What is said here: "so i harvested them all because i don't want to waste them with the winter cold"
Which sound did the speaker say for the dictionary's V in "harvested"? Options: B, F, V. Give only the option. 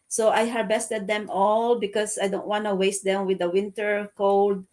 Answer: B